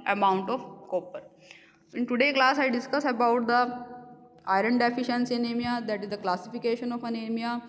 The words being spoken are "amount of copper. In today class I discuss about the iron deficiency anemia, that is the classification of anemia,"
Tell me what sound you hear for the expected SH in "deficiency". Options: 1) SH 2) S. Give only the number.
1